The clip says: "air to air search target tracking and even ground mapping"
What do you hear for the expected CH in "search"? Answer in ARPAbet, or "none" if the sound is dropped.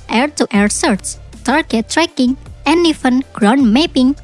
S